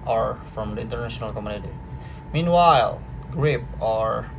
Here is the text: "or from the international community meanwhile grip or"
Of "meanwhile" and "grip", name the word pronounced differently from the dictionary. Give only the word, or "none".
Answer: none